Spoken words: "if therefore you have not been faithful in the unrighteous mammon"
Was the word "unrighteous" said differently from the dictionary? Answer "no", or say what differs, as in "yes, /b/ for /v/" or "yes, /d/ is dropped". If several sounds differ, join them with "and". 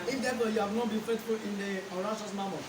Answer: yes, /n/ is dropped and /ʃ/ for /tʃ/